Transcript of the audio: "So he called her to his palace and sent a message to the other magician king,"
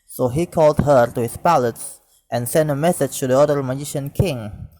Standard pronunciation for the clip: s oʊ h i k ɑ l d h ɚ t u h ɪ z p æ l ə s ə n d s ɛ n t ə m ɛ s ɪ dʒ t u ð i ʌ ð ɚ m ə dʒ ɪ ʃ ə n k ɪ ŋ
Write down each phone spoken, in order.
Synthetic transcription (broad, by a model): s oʊ h i k ɑ l d h ɚ t u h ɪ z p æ l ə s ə n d s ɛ n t ə m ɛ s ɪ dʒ t u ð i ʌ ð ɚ m ə dʒ ɪ ʃ ə n k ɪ ŋ